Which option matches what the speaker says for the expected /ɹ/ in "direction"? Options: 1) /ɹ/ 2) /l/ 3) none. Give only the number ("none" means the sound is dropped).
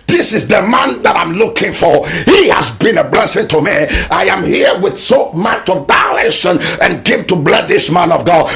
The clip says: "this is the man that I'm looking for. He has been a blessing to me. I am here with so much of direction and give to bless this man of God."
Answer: 2